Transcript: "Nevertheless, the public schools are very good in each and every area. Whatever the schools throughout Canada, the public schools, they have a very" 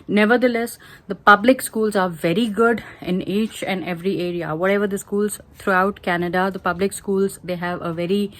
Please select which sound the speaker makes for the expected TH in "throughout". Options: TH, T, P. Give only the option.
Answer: T